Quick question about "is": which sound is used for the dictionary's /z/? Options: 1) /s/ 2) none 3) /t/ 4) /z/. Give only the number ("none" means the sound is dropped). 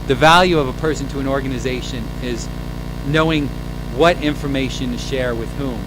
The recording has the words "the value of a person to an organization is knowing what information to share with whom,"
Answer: 4